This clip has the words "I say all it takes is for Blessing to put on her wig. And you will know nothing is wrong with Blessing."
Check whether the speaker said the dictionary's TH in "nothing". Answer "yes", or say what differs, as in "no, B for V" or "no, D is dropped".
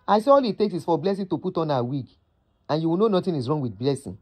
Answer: no, T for TH